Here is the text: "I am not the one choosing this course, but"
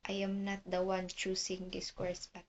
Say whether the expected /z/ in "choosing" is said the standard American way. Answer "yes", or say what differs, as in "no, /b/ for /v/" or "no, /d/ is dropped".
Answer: no, /s/ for /z/